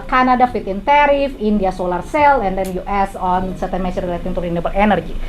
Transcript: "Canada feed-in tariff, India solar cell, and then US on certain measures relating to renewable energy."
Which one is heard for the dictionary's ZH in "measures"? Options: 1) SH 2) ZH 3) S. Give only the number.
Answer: 3